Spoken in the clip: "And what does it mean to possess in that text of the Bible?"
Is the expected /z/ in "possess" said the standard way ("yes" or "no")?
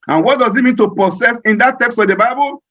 no